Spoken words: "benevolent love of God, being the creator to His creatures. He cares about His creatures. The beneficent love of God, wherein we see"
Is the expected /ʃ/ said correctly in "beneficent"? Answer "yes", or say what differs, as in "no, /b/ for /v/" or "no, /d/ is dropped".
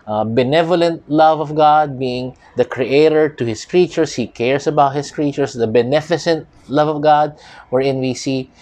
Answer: no, /s/ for /ʃ/